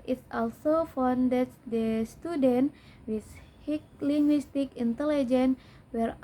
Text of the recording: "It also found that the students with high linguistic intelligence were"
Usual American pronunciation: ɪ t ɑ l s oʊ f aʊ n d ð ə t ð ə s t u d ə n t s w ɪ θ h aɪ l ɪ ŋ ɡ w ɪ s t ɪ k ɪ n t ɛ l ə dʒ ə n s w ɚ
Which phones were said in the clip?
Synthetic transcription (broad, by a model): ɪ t ɑ l s oʊ f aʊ n d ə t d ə s t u d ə n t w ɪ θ h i l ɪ ŋ ɡ w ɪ s t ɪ k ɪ n t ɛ l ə dʒ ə n w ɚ